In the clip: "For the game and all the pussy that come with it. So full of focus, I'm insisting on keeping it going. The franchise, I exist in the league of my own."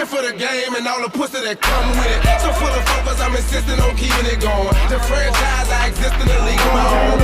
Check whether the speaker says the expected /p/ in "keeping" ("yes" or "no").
no